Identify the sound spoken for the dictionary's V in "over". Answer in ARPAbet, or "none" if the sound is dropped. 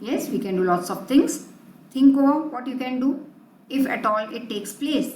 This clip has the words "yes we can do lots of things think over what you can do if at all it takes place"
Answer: none